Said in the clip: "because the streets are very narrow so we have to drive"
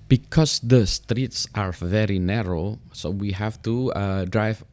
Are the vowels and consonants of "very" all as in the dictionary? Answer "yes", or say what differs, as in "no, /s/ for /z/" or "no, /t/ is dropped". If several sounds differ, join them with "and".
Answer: yes